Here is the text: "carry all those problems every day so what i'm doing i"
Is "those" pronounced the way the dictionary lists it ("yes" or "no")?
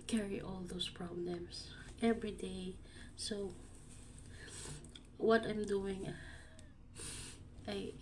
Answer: no